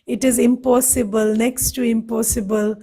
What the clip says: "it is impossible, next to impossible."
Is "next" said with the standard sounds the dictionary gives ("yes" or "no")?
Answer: yes